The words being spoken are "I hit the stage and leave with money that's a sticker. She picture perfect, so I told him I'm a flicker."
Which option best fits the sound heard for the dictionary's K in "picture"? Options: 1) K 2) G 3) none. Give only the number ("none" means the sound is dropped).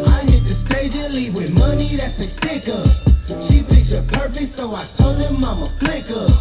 3